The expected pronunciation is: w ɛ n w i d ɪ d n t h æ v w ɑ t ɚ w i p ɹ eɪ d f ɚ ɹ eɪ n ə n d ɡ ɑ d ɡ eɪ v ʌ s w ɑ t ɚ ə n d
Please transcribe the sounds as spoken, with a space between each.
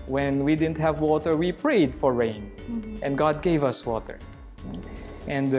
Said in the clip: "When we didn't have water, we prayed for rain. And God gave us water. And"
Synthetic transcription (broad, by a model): w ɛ n w i d ɪ d n t h æ v w ɑ t ɚ w i p ɹ eɪ d f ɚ ɹ eɪ n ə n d ɡ ɑ d ɡ eɪ v ʌ s w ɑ t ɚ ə n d